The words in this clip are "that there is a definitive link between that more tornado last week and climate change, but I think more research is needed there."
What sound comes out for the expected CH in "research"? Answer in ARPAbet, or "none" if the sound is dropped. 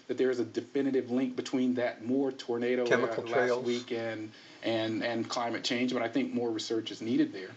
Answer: CH